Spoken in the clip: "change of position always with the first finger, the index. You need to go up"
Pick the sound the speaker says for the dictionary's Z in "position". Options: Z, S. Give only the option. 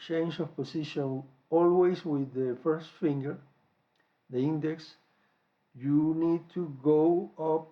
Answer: S